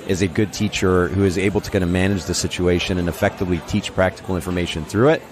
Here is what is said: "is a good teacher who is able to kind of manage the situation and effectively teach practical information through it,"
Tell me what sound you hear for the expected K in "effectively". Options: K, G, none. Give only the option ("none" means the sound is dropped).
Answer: K